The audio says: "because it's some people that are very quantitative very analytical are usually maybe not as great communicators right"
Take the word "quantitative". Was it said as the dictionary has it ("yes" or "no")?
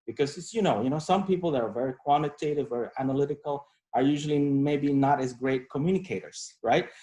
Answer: yes